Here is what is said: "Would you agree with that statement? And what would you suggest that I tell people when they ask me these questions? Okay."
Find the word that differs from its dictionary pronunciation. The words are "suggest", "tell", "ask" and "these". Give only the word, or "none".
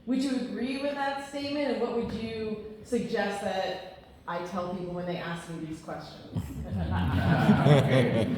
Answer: none